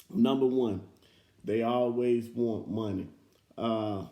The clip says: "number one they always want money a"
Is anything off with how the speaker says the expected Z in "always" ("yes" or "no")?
no